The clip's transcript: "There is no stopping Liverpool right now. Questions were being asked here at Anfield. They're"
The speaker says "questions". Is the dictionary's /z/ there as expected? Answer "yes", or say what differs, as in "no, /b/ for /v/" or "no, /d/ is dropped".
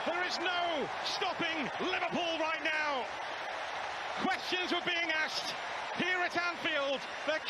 yes